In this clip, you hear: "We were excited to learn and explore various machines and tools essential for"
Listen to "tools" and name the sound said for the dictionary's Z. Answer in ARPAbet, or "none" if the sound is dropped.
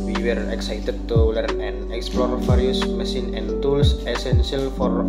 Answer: S